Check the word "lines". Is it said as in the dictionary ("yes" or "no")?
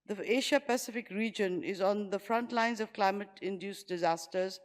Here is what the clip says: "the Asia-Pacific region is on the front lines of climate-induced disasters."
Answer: yes